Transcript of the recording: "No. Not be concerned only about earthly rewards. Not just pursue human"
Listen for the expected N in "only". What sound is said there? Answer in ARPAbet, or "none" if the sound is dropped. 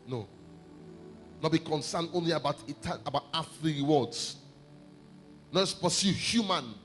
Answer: N